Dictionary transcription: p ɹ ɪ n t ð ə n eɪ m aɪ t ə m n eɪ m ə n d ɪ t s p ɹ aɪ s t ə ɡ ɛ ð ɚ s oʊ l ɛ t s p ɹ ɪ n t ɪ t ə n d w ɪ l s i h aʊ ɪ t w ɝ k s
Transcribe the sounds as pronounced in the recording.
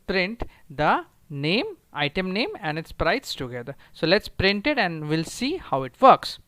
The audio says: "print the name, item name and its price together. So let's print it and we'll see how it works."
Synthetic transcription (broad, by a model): p ɹ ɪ n t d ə n eɪ m aɪ t ə m n eɪ m ə n d ɪ t s p ɹ aɪ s t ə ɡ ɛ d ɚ s oʊ l ɛ t s p ɹ ɪ n t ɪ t ə n d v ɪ l s i h aʊ ɪ t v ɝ k s